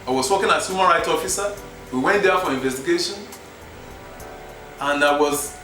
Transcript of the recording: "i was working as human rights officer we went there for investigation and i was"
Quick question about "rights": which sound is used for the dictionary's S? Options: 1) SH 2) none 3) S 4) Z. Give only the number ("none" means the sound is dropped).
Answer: 2